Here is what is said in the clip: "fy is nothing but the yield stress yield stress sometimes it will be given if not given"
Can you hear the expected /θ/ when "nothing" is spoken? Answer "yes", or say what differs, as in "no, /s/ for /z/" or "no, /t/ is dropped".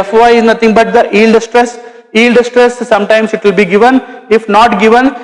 no, /t/ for /θ/